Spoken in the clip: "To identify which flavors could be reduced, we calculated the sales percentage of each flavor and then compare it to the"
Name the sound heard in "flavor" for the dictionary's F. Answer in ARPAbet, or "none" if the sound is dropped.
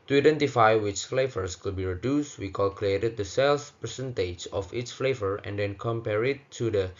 F